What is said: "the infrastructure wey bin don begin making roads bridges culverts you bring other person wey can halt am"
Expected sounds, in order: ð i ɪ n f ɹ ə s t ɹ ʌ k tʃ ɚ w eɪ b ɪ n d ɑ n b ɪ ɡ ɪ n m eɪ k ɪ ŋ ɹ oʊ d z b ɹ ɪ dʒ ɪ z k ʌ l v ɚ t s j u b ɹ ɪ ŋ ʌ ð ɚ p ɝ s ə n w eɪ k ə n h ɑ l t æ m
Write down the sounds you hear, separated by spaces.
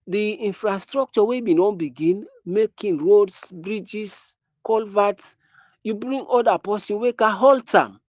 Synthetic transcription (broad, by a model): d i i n f ɹ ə s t ɹ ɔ k tʃ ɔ w eɪ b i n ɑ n b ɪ ɡ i n m eɪ k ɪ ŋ ɹ oʊ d s b ɹ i dʒ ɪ s k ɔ l v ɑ t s j u b ɹ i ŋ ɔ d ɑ p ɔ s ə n w eɪ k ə h ɑ l t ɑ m